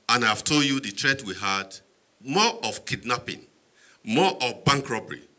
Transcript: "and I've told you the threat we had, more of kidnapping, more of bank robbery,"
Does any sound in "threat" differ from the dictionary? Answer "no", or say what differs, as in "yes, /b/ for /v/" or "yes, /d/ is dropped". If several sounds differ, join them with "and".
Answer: yes, /t/ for /θ/